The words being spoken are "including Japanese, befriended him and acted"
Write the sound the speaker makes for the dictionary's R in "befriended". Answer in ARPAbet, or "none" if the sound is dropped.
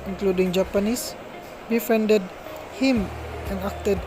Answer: none